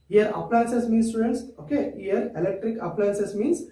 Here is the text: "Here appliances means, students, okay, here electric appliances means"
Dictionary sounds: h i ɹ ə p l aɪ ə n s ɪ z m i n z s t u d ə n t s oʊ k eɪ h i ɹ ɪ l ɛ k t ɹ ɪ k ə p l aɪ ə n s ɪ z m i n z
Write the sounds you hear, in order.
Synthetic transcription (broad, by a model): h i ɹ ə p l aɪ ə n s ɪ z m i n s t u d ə n t s oʊ k eɪ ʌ ɹ ɪ l ɛ k t ɹ ɪ k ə p l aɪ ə n s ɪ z m i n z